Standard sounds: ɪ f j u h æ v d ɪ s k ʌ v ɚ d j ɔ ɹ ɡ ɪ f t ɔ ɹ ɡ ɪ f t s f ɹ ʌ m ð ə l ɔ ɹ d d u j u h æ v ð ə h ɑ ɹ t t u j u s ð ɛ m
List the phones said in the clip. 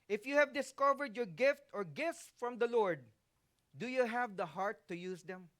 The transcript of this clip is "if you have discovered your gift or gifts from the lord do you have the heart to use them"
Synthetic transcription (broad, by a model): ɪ f j u h æ v d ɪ s k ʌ v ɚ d j ɔ ɹ ɡ ɪ f t ɔ ɹ ɡ ɪ f t s f ɹ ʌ m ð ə l ɔ ɹ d d u j u h æ v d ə h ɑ ɹ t t u j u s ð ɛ m